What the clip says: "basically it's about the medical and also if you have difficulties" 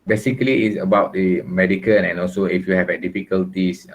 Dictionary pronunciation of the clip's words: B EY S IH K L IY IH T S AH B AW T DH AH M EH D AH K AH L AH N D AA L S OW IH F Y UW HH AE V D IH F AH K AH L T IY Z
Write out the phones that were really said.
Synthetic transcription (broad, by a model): B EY S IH K L IY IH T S AH B AW T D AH M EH D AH K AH N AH N AA L S OW IH F Y UW HH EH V D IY F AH K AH L T IY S